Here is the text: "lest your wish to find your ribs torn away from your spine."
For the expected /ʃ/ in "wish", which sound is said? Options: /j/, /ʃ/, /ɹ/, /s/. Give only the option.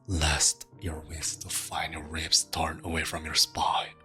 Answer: /s/